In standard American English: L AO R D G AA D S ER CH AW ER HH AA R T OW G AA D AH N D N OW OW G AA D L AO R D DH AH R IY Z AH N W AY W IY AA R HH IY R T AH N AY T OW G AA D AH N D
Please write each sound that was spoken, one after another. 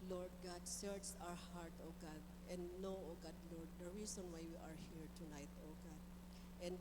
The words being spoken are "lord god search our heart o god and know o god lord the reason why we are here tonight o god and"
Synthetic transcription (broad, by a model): L AO R D G AA D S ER S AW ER HH AA R T OW G AA D AH N D N OW OW G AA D L AO R D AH R IY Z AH N W AY W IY AA R HH IY R T AH N AY T OW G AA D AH N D